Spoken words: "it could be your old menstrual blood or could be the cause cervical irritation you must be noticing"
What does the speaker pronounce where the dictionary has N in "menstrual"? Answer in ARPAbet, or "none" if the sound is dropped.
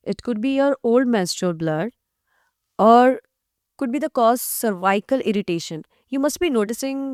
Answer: none